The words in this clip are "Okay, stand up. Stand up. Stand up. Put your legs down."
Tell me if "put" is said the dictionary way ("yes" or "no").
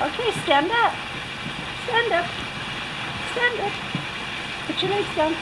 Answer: no